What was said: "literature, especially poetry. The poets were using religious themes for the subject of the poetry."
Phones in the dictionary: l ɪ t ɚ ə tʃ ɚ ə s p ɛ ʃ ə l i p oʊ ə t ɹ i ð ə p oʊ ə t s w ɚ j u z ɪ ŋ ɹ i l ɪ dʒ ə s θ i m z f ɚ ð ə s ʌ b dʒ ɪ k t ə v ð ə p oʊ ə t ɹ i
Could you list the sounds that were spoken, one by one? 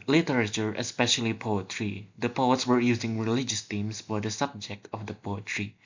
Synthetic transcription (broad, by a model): l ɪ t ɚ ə tʃ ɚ ə s p ɛ ʃ ə l i p oʊ ə t ɹ i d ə p oʊ ə t s w ɚ j u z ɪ ŋ ɹ i l ɪ dʒ ə s t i m s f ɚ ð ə s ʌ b dʒ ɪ k t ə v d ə p oʊ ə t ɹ i